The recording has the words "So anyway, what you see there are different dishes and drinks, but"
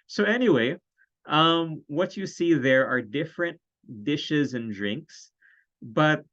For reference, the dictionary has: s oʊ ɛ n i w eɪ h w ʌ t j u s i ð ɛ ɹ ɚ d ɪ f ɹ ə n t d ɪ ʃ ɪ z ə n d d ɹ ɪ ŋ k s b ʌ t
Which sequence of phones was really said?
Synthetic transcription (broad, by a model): s oʊ ɛ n i w eɪ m w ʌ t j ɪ s i ð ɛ ɹ ɚ d ɪ f ɹ ə n t d ɪ ʃ ɪ z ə n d d ɹ ɪ ŋ k s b ʌ t